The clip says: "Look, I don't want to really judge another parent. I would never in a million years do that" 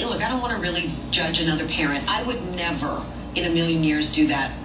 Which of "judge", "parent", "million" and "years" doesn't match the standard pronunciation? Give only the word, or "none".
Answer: none